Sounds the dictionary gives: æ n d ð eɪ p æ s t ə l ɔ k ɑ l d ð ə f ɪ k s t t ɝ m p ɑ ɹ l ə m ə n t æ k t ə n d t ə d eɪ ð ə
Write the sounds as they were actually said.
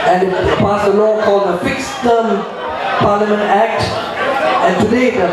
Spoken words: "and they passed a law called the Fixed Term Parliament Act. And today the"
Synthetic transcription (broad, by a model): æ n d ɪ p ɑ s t ə l ɔ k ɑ l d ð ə f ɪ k s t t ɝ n p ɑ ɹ l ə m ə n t æ k t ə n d t ə d eɪ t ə